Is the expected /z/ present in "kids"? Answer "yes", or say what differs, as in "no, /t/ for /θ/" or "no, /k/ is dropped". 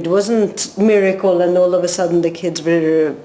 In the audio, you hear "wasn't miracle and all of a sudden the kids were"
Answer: yes